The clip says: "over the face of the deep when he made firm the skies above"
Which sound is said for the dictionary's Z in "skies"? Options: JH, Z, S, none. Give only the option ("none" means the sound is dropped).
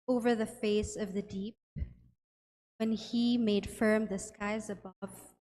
Z